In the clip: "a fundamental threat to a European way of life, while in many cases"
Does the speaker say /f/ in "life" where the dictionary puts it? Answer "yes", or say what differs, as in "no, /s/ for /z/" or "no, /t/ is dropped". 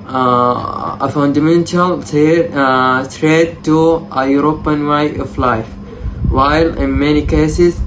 yes